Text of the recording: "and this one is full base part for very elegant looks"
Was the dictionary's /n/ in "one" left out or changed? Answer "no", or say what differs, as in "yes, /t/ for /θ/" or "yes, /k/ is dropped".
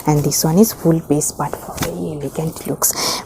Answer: no